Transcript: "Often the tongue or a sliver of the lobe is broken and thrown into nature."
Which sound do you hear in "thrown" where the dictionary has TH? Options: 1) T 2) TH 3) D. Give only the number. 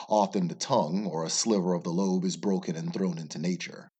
2